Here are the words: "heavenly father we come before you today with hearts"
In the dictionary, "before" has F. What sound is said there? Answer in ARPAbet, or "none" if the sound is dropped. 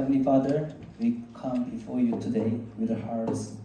F